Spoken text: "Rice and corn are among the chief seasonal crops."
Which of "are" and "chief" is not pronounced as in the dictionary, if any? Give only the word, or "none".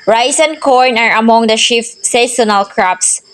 chief